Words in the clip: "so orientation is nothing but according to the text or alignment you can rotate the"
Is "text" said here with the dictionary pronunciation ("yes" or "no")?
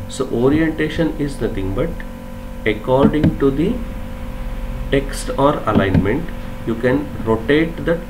yes